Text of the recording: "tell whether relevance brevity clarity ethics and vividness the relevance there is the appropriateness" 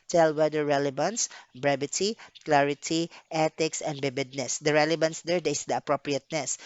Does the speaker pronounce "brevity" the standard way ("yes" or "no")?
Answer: no